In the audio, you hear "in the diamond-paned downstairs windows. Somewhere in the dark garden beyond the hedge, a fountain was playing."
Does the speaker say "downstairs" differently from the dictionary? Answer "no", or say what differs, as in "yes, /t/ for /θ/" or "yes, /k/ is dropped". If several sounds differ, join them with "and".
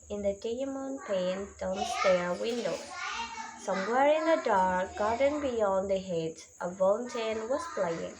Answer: yes, /z/ is dropped